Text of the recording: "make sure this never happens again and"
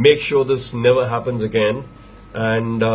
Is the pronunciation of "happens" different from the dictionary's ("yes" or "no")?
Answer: no